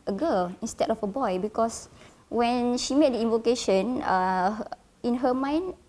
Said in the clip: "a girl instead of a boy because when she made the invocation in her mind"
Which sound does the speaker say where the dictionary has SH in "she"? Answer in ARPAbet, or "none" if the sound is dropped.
SH